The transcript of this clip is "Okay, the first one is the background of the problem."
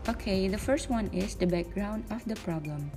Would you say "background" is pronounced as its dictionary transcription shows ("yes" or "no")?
yes